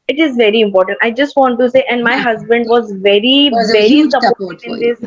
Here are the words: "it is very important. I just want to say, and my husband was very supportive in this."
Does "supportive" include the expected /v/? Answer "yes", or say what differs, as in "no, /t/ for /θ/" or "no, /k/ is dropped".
no, /v/ is dropped